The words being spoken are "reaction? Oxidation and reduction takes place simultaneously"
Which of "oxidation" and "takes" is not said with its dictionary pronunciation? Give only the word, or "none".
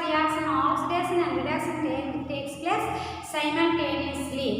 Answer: oxidation